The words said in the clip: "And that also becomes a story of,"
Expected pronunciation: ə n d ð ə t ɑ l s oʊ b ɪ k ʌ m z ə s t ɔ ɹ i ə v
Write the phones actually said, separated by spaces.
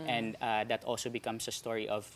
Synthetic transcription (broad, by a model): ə n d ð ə t ɑ l s oʊ b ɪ k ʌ m s ə s t ɔ ɹ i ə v